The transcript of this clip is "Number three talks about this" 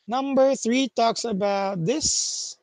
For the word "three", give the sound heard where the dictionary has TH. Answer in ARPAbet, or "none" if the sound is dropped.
TH